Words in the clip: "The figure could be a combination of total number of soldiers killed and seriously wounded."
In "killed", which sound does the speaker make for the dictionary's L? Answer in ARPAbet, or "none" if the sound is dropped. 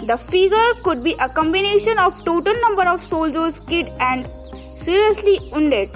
none